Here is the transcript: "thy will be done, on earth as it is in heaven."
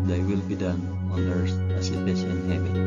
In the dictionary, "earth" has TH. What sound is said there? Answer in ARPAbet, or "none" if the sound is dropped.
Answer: S